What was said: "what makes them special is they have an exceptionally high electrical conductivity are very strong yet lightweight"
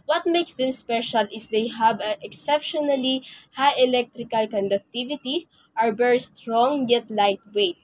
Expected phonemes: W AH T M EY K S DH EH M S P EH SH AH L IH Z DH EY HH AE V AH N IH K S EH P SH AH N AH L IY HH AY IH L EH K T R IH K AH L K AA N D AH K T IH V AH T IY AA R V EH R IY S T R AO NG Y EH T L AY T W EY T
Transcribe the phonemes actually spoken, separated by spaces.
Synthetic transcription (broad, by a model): W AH T M EY K S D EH M S P EH SH AH L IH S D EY HH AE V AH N IH K S EH P SH AH N AH L IY HH AY IH L EH K T R IH K AH L K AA N D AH K T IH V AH T IY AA R B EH R S T R AO NG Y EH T L AY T W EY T